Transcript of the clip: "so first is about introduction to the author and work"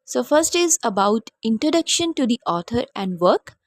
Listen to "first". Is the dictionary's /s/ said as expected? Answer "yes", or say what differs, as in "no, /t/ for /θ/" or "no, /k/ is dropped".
yes